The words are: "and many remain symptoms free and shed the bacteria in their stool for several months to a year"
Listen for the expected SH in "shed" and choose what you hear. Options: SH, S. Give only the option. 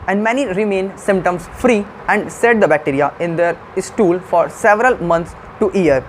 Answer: S